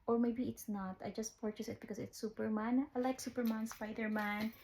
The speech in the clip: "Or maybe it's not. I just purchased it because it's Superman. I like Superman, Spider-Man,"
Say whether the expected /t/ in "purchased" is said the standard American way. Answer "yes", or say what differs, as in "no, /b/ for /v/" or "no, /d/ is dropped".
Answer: no, /t/ is dropped